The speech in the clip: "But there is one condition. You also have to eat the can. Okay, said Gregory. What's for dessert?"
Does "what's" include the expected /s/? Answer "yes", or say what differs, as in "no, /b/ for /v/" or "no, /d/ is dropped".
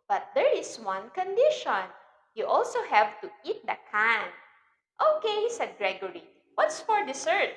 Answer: yes